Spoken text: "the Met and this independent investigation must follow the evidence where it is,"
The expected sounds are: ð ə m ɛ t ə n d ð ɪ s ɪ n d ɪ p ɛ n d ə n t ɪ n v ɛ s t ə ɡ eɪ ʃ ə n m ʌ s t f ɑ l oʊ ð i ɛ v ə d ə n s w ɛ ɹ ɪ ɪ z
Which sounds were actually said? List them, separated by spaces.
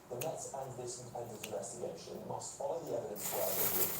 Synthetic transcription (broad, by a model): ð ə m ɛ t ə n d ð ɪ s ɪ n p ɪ ɪ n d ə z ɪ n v ɛ s t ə ɡ eɪ ʃ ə n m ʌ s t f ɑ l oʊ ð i ɛ v ə d ə n s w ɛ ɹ ɪ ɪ